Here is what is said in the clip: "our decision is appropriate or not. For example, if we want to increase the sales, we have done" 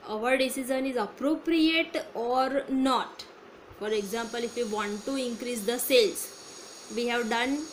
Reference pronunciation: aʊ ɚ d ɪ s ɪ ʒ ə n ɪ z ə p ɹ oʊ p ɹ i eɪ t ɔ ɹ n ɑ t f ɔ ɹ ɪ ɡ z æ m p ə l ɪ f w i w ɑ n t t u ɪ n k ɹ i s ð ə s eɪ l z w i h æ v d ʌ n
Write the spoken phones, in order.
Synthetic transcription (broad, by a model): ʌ ɚ d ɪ s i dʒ ə n ɪ z ə p ɹ oʊ p ɹ i eɪ t ɔ ɹ n ɑ t f ɔ ɹ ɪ ɡ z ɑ m p ə l ɪ f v i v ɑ n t t u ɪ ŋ k ɹ i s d ə s eɪ l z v i h æ v d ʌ n